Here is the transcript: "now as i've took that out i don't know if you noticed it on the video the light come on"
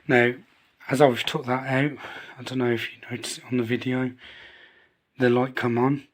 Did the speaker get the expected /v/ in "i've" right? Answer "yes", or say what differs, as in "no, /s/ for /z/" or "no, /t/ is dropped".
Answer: no, /w/ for /v/